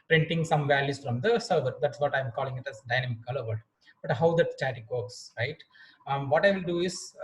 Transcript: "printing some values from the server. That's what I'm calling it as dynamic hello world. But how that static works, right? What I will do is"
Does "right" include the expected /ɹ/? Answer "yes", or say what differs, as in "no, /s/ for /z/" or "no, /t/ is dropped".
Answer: yes